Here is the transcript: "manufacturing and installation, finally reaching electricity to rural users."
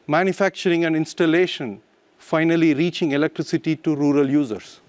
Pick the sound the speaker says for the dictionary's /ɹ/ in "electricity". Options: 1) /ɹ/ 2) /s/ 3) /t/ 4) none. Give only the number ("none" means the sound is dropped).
1